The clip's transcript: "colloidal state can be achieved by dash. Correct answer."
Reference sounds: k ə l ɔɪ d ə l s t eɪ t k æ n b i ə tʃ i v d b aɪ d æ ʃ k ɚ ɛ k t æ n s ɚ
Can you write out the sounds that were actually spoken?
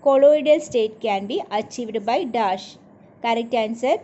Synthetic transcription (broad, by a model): k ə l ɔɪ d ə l s t eɪ t k æ n b i ə tʃ i v d b aɪ d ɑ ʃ k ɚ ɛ k t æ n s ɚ